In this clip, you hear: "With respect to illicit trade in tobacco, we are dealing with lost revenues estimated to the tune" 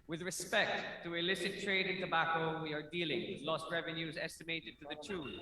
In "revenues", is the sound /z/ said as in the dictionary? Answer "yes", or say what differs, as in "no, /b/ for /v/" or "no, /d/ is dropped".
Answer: yes